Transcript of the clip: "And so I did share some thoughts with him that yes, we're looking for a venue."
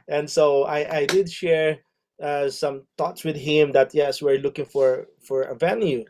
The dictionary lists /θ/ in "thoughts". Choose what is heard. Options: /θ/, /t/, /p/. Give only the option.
/t/